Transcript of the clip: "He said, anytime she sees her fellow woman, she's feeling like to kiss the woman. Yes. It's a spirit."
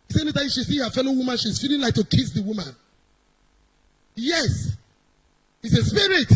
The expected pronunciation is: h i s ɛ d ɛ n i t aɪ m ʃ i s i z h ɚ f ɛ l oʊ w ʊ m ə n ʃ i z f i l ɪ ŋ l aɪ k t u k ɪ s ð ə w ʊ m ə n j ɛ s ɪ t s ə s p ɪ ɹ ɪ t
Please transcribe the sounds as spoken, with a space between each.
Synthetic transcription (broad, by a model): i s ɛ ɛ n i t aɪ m ʃ i s i h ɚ f ɛ l oʊ w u m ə n ʃ i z f i l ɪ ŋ l aɪ k t u k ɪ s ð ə w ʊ m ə n j ɛ s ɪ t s ə s p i ɹ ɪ t